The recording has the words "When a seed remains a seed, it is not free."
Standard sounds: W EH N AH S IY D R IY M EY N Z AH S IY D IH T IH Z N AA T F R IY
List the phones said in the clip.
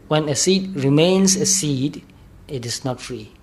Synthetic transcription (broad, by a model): W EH N AH S IY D R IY M EY N S AH S IY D IH T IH S N AA T F R IY